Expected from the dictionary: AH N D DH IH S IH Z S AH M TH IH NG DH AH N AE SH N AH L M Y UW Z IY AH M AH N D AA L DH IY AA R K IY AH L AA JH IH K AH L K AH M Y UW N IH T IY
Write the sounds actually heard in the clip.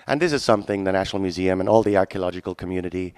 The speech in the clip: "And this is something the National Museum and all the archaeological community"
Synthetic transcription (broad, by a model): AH N DH IH S IH Z S AH M TH IH NG DH AH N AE SH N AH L M Y UW Z IY AH M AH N AA L DH IY AA R K IY AH L AA JH IH K AH L K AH M Y UW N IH T IY